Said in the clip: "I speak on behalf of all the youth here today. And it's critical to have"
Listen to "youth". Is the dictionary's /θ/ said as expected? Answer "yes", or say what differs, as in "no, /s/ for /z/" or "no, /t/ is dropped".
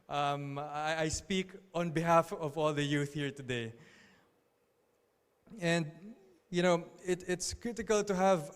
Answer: yes